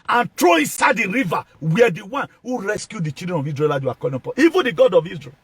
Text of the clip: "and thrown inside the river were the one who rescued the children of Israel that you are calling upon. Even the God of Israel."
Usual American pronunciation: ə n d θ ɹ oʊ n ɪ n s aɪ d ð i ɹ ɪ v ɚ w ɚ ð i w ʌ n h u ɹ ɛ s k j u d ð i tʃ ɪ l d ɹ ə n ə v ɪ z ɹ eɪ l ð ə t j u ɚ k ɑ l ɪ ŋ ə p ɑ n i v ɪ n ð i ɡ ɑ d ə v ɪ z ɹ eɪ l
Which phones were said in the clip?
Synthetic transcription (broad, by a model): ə n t ɹ oʊ ɪ n s aɪ d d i ɹ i v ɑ w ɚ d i w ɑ n h u ɹ ɛ s k j u d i tʃ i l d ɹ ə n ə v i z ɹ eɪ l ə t j u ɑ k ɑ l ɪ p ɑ i v ɪ n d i ɡ ɑ d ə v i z ɹ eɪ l